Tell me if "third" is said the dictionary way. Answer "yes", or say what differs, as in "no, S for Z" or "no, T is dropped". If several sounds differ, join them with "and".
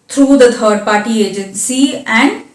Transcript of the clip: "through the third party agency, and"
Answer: no, T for TH